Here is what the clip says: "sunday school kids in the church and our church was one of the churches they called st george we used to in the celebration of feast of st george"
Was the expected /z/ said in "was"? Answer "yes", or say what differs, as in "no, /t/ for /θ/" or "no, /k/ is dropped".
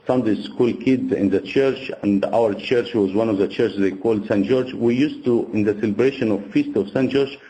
yes